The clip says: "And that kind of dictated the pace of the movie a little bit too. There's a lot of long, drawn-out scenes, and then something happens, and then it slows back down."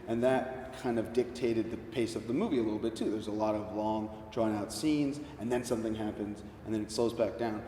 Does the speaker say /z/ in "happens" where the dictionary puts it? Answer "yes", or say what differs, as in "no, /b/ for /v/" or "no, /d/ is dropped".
yes